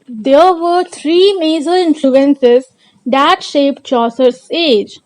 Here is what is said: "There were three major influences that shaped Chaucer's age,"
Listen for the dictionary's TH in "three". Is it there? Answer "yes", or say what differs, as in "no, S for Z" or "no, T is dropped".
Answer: no, T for TH